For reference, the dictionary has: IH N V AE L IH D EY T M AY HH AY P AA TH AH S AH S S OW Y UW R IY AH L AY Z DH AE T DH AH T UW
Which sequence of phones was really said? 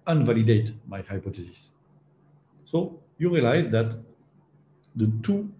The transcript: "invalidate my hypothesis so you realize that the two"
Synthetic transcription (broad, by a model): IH N V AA L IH D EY T M AY HH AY P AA T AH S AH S S OW Y UW R IY AH L AY Z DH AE T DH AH T UW